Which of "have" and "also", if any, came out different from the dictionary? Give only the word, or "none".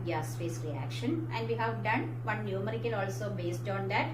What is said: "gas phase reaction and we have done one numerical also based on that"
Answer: none